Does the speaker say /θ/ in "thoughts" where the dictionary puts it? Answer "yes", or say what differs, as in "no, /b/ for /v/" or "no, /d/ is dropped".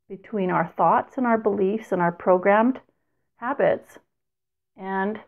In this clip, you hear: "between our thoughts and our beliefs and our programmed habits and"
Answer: yes